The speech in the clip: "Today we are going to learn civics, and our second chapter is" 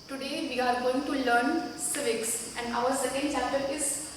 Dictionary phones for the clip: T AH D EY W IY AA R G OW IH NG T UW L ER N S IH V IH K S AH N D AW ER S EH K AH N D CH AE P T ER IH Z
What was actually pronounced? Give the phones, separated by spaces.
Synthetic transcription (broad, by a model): T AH D EY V IY AA R G OW IH NG T UW L ER N S IH V IH K S AH N D AW ER S EH K AH N D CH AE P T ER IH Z